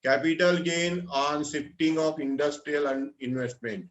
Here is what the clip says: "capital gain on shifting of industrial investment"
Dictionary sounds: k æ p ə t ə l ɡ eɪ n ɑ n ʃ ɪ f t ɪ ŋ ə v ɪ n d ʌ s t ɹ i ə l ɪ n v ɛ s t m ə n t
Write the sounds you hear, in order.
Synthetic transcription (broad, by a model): k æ p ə t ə l ɡ eɪ n ɑ n s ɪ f t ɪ ŋ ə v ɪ n d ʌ s t ɹ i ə l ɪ n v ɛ s t m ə n t